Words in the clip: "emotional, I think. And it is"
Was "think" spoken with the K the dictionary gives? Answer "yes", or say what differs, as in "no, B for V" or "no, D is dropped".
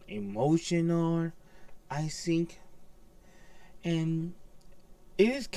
yes